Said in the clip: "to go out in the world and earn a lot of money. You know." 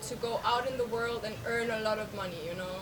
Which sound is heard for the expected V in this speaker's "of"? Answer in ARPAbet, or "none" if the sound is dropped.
V